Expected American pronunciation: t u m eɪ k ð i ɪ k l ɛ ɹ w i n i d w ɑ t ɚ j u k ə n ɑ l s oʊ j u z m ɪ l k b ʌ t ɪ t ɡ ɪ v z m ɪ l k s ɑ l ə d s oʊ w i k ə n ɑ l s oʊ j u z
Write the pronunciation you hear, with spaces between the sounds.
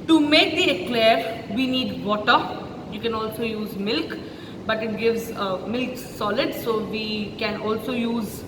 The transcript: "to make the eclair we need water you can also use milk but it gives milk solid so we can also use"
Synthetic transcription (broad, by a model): t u m eɪ k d i ɪ k l ɛ ɹ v i n i d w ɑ t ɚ j u k ə n ɑ l s oʊ j u z m ɪ l k b ʌ t ɪ t ɡ ɪ v z m ɪ l k s ɑ l ə d s oʊ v i k ə n ɑ l s oʊ j u z